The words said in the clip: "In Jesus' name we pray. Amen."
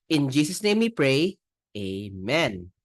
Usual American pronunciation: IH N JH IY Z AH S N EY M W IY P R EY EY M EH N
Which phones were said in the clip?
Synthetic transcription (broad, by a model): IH N JH IY S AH S N EY M W IY P R EY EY M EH N